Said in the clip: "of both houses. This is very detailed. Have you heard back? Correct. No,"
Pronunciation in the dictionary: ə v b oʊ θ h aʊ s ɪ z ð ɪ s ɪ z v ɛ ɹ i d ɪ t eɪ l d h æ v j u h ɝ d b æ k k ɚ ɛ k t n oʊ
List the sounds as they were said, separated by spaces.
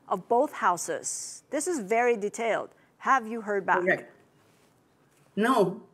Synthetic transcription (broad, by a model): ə v b oʊ θ h aʊ s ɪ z ð ɪ s ɪ z v ɛ ɹ i d ɪ t eɪ l d h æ v j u h ɝ d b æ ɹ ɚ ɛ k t n oʊ